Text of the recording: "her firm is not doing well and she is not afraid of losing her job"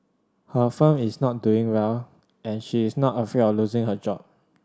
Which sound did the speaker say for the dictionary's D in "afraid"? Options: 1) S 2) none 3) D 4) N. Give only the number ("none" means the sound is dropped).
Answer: 2